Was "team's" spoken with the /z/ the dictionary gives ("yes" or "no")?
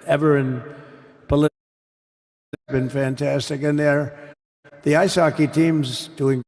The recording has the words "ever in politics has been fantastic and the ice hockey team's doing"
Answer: yes